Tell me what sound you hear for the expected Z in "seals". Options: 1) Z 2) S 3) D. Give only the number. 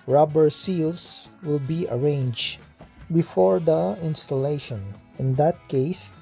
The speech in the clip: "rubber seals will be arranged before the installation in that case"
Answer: 2